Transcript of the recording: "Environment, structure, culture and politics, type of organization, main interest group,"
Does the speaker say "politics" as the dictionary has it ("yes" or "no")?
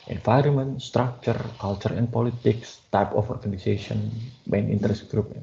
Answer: yes